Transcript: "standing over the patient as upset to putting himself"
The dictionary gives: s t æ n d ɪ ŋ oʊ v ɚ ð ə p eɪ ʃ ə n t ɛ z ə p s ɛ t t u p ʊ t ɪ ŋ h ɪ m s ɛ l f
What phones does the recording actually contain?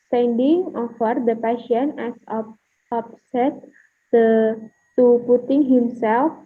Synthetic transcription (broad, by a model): s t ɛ n d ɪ ŋ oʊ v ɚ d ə p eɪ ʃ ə n ɛ s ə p s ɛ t t u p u t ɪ ŋ h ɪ m s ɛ l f